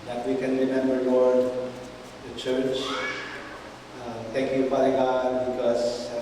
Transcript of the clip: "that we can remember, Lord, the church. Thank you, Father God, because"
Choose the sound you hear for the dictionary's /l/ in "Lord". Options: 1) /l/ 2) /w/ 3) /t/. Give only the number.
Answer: 2